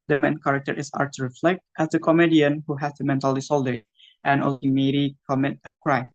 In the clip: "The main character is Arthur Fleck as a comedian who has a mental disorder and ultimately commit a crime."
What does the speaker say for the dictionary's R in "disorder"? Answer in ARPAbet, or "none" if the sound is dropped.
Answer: L